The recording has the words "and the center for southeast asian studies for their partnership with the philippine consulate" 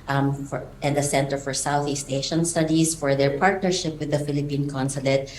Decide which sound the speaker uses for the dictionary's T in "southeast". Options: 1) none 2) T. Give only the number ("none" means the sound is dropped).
2